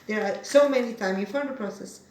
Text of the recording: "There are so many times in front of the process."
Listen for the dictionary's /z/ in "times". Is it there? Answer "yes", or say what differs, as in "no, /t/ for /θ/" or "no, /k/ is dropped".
no, /z/ is dropped